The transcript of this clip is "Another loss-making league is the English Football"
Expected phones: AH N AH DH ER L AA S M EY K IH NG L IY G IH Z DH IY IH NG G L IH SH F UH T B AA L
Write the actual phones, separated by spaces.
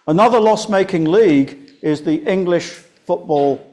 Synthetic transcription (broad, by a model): AH N AH DH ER L AA S M EY K IH NG L IY G IH Z DH IY IH NG G L IH SH F UH T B AA L